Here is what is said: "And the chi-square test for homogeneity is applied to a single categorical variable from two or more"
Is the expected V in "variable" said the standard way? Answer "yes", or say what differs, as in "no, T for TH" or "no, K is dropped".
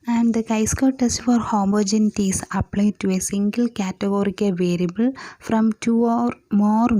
yes